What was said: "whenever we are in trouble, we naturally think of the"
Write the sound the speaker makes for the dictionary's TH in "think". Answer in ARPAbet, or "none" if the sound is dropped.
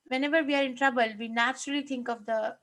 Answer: T